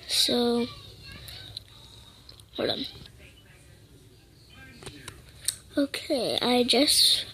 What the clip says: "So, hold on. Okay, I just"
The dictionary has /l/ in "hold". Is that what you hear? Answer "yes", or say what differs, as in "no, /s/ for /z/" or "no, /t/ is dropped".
no, /l/ is dropped